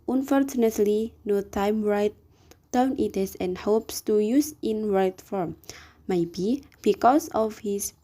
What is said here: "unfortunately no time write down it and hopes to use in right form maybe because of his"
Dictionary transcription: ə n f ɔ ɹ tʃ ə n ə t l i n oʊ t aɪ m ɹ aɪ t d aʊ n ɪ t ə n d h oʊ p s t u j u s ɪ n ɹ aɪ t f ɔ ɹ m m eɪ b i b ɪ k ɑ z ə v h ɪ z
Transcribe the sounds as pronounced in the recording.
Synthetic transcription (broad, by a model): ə n f ɔ ɹ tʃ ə n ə t l i n oʊ t aɪ m ɹ aɪ t d aʊ n ɪ t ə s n h oʊ p s t u j u s ɪ n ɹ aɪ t f ɔ ɹ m m eɪ b i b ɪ k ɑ s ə f h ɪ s